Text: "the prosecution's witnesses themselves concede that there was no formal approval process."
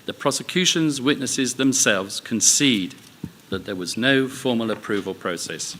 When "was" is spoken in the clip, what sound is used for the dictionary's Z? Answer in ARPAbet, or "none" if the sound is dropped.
Z